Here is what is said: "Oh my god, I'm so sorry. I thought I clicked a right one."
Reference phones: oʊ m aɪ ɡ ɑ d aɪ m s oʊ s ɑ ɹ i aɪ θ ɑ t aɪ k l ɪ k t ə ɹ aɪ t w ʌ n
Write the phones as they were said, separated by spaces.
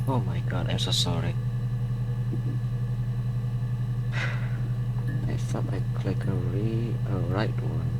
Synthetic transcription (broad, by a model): oʊ m aɪ ɡ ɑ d aɪ m s oʊ s ɑ ɹ i aɪ s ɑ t aɪ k l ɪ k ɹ ə ɹ aɪ t w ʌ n